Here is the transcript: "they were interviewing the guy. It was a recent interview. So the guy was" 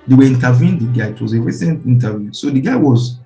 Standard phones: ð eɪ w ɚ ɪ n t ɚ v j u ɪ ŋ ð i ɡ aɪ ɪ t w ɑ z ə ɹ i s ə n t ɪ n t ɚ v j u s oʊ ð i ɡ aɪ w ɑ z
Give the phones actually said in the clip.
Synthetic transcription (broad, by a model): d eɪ w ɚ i n t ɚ v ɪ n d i ɡ aɪ ɪ t w ɑ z ə ɹ i s ə n t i n t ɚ v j u s oʊ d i ɡ aɪ w ɑ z